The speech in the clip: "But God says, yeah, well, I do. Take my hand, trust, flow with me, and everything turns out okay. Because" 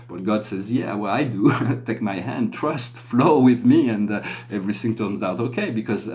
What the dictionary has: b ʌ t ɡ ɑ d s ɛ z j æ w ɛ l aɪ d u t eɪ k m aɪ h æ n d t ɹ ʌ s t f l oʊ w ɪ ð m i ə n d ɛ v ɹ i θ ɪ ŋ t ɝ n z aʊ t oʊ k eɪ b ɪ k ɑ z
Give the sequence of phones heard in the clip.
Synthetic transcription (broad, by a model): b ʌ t ɡ ɑ d s ɛ z j æ w ɛ l aɪ d u t eɪ k m aɪ h æ n d t ɹ ʌ s t f l oʊ w ɪ ð m i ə n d ɛ v ɹ i θ ɪ ŋ t ɝ n z aʊ t oʊ k eɪ b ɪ k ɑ z